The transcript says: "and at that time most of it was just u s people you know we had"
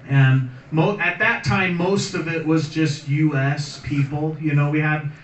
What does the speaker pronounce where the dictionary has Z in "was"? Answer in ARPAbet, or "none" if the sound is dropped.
Z